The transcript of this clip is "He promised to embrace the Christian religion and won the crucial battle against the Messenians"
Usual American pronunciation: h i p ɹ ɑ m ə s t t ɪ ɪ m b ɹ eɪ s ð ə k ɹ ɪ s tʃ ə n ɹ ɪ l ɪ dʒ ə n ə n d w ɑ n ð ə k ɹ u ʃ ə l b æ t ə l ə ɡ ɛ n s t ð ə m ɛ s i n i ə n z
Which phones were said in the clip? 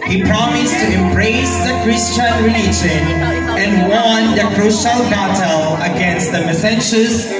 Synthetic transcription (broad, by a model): h i p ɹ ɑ m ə s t t ɪ ɪ m b ɹ eɪ s ð ə k ɹ ɪ s tʃ ə n ɹ ɪ l ɪ dʒ ə n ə n w ɑ n ð ə k ɹ u ʃ ə l b æ t ə l ə ɡ ɛ n s t ð ə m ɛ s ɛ n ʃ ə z